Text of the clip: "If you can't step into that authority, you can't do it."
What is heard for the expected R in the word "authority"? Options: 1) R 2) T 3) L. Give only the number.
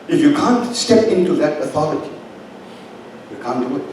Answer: 3